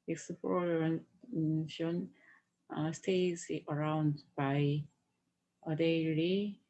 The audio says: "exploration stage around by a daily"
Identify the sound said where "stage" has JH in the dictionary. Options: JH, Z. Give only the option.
Z